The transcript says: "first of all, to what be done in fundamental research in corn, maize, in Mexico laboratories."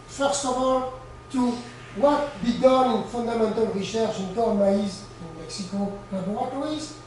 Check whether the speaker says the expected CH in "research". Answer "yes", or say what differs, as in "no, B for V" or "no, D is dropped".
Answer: no, SH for CH